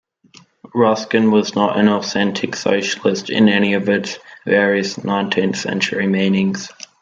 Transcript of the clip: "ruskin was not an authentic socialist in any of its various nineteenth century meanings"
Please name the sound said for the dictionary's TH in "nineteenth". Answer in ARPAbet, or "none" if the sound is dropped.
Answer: TH